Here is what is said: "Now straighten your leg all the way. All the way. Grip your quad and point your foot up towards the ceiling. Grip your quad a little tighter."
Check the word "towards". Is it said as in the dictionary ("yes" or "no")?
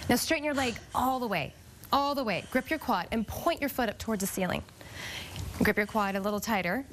yes